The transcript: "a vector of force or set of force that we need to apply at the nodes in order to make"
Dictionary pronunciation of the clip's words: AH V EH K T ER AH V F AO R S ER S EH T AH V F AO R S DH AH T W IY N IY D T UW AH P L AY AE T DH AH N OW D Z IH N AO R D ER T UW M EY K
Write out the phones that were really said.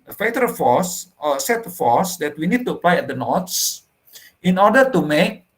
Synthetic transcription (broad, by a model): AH F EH T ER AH F AO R S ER S EH T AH F AO R S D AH T W IY N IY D T UW AH P L AY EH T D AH N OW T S IH N AO R D ER T UW M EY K